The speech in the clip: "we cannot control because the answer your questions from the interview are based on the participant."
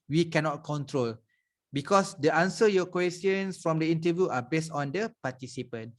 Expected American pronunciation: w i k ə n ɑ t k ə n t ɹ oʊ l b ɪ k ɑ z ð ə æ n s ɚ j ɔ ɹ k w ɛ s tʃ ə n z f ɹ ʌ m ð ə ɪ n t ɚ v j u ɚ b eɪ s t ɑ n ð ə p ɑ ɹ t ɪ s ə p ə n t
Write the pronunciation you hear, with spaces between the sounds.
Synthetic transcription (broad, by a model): w i k ə n ɑ t k ə n t ɹ oʊ l b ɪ k ɑ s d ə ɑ n s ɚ j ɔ k w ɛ s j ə n s f ɹ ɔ m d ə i n t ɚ v j u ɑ b eɪ s t ɑ n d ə p ɑ t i s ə p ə n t